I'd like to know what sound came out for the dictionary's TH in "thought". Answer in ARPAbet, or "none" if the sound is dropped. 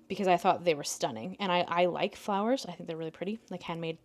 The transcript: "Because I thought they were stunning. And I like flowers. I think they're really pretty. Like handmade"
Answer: TH